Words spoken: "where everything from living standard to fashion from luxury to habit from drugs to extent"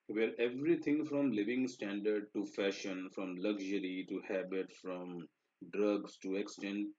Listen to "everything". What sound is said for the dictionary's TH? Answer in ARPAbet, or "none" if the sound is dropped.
T